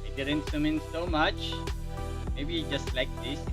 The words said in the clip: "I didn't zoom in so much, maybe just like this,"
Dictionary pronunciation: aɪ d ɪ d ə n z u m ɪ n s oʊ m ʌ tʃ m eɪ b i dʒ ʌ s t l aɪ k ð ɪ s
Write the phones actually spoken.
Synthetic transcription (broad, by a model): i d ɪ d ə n s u m ɪ n s oʊ m ʌ tʃ m eɪ b i dʒ ʌ s t l aɪ k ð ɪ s